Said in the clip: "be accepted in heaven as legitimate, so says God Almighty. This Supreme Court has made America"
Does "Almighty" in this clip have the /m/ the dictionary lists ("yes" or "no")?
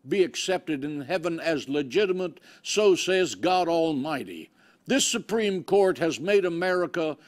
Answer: yes